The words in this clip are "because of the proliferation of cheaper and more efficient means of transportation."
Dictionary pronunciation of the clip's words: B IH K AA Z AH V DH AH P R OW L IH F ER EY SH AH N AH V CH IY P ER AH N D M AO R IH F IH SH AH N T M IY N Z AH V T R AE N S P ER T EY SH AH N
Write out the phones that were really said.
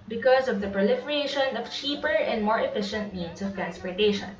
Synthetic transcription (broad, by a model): B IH K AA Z AH V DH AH P R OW L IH F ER EY SH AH N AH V CH IY P ER AH N D M AO R IH F IH SH AH N T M IY N S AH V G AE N S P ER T EY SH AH N